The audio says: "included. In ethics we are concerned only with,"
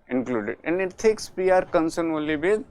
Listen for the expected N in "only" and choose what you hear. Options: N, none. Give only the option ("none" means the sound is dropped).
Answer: none